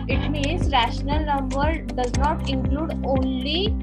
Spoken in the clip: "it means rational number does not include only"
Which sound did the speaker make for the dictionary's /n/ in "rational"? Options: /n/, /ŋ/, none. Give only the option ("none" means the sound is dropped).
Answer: /n/